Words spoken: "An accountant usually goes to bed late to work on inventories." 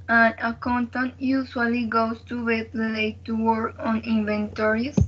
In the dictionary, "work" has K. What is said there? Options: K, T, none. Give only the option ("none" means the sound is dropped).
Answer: none